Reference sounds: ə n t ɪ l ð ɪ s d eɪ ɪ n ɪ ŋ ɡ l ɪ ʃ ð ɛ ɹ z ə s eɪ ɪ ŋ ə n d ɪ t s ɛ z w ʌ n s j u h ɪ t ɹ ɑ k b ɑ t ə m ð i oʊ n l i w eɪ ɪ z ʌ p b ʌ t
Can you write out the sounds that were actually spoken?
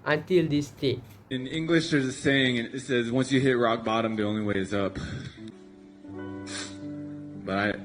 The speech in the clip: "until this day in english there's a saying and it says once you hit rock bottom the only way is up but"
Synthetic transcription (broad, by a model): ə n t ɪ l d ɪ s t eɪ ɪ n ɪ ŋ ɡ l ɪ ʃ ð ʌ ɹ z ə s eɪ ɪ ŋ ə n ɪ t s ɛ z w ʌ n s j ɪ h ɪ t ɹ ɑ k b ɑ t ə m ð i oʊ n l i w eɪ ɪ z ʌ p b ʌ t